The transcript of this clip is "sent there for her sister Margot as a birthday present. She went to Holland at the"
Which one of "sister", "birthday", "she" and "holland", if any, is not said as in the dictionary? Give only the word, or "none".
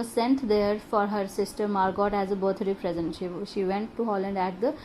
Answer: birthday